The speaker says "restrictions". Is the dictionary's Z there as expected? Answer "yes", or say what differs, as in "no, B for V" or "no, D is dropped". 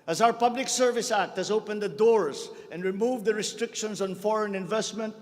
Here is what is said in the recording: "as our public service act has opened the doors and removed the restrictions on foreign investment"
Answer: no, S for Z